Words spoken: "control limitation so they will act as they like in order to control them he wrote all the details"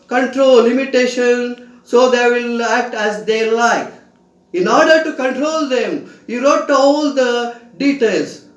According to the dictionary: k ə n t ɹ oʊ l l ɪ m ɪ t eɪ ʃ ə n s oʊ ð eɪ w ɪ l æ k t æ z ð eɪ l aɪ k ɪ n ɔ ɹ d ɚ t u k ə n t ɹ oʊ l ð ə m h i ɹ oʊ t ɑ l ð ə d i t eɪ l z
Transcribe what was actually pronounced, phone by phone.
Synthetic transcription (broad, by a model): k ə n t ɹ oʊ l l ɪ m ɪ t eɪ ʃ ə n s oʊ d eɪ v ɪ l æ k t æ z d eɪ l aɪ k ɪ n ɔ ɹ d ɚ t u k ə n t ɹ oʊ l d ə m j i ɹ oʊ t ɑ l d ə d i t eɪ l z